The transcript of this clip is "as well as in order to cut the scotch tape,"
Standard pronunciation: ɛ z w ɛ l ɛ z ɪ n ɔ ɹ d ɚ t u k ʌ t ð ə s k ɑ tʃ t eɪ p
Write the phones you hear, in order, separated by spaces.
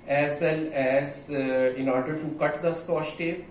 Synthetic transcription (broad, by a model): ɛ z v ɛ l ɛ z ɪ n ɔ ɹ d ɚ t u k ʌ t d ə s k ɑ s t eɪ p